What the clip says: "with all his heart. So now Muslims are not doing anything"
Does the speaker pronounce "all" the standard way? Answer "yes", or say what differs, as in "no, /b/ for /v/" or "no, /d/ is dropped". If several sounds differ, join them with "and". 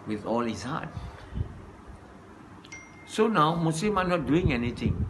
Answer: yes